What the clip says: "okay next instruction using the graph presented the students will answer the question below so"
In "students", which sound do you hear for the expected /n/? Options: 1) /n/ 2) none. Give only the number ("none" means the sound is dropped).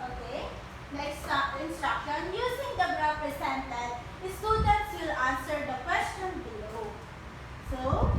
2